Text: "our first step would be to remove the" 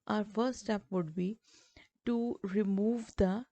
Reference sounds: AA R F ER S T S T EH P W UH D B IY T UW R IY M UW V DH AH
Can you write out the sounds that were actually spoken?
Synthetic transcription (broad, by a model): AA R F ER T S T EH P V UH D B IY T UW R IY M UW V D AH